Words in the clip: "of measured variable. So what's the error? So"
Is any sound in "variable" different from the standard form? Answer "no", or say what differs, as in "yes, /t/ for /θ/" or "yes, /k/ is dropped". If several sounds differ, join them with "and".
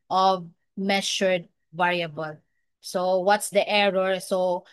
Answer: no